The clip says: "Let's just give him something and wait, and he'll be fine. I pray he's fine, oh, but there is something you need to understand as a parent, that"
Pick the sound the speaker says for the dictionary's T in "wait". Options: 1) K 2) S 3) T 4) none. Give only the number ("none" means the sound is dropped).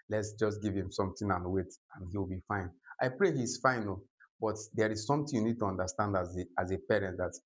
3